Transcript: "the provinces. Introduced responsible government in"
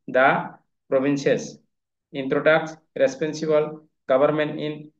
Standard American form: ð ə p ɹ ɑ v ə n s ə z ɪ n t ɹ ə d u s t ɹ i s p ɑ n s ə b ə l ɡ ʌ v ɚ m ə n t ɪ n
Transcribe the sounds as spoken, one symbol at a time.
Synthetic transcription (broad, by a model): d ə p ɹ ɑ b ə n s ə s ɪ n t ɹ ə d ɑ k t ɹ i s p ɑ n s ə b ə l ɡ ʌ b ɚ m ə n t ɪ n